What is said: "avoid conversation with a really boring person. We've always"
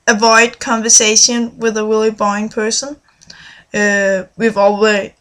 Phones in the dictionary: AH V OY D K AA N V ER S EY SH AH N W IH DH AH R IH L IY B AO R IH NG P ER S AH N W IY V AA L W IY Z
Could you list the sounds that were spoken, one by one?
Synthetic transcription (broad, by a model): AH V OY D K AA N V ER S EY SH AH N W IH DH AH W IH L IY B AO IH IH NG P ER S AH N W IY V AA L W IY